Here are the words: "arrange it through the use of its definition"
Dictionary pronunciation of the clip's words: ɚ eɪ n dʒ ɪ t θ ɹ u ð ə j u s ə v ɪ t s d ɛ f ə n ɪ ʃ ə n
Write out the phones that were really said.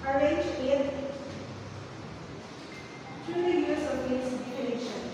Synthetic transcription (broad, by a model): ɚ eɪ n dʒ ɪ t t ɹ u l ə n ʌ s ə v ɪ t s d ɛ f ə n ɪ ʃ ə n